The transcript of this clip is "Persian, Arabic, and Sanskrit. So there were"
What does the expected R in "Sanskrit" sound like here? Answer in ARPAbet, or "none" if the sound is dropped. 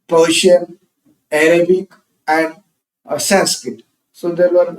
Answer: none